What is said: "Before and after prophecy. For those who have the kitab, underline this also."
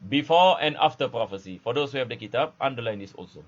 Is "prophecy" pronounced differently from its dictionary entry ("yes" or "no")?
no